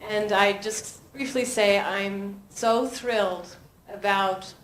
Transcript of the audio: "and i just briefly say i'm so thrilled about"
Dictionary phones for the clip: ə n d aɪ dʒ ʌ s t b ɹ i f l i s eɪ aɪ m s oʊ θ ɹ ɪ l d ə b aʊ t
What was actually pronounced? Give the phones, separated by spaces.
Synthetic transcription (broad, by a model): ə n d aɪ dʒ ʌ s t b ɹ i f l i s eɪ aɪ m s oʊ θ ɹ ɪ l d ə b aʊ t